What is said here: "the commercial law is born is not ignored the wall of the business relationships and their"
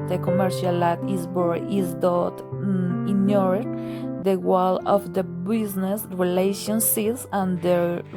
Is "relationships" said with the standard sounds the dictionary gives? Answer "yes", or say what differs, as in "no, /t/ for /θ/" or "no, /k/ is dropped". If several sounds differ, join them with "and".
no, /p/ is dropped